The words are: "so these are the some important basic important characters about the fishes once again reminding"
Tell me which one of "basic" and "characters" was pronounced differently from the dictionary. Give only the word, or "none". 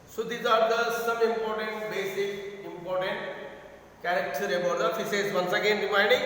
characters